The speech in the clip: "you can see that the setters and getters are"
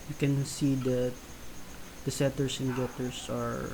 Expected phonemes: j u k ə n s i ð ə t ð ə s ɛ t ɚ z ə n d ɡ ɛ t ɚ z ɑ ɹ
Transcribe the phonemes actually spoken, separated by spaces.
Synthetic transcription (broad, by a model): j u k ə n s i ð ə t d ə s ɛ t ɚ s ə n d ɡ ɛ t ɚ s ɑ ɹ